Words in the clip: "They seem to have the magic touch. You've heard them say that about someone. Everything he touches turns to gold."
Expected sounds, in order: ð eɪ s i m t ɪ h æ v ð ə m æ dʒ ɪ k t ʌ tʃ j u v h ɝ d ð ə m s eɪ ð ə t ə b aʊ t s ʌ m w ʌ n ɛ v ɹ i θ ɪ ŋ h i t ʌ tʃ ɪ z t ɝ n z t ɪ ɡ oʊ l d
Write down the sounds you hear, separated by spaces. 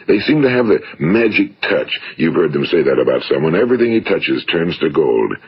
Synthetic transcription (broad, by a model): ð eɪ s i m t ɪ v ð ə m æ dʒ ɪ k t ʌ tʃ j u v h ɝ d ð ə m s eɪ ð ə t ə b aʊ t s ʌ m w ʌ n ɛ v ɹ i θ ɪ ŋ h i t ʌ tʃ ɪ z t ɝ n z t ɪ ɡ oʊ l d